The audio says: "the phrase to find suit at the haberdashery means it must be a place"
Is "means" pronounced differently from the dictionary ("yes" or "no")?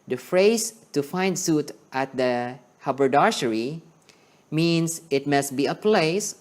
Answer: yes